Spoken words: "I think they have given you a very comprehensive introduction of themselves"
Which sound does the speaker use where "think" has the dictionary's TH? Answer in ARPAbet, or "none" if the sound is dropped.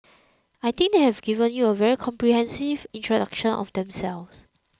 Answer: T